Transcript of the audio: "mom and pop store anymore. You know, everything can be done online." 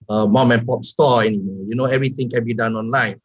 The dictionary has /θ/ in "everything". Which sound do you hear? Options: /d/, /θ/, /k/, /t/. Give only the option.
/t/